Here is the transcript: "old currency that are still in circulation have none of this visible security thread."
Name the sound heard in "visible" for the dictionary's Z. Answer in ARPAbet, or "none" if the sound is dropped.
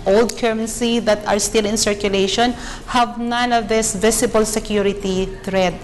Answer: S